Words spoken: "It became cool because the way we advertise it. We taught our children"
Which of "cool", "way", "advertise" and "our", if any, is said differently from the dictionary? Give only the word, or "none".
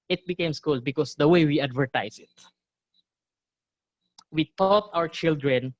advertise